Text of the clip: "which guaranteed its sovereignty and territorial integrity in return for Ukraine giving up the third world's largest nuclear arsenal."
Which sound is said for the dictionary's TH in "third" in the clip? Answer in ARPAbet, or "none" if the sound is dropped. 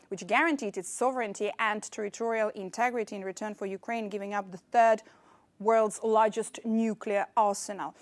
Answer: TH